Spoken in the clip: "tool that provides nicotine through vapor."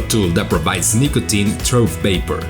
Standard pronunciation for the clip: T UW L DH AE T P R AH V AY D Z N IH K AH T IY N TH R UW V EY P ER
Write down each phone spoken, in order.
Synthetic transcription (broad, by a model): T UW L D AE T P R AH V AY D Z N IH K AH T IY N T R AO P EY P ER